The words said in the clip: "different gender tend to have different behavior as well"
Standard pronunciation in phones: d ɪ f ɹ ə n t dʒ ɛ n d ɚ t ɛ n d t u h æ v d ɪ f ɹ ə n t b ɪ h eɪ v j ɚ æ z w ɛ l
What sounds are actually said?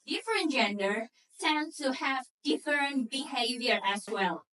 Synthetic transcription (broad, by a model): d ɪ f ɹ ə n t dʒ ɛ n d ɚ s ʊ n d t u h æ v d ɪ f ɹ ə n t b ɪ h eɪ v j ɚ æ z w ɛ l